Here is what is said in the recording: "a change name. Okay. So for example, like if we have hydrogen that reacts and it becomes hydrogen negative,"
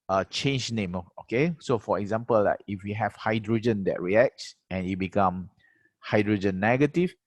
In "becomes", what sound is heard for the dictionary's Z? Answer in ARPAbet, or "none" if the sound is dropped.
none